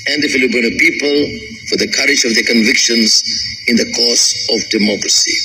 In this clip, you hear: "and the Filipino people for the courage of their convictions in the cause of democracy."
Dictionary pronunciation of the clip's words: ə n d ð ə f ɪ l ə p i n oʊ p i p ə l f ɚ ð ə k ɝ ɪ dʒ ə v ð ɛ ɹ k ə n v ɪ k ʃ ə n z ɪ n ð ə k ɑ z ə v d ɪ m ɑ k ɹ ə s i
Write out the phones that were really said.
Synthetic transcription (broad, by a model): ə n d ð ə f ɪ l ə b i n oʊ p i p ə l f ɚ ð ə k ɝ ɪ dʒ ə v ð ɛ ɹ k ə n v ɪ k ʃ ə n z ɪ n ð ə k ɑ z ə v d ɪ m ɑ k ɹ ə s i